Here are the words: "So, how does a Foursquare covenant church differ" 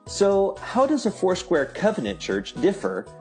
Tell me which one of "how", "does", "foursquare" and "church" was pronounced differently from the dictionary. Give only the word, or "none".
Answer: none